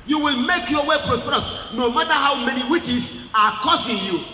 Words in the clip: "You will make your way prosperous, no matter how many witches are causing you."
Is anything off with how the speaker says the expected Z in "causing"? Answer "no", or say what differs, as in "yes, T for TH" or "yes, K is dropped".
yes, S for Z